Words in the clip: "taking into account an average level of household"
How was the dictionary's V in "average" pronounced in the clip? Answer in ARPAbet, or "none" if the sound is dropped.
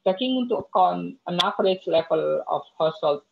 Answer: P